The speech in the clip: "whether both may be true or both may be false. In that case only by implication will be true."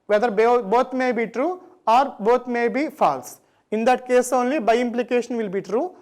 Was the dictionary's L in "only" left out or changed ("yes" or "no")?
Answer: no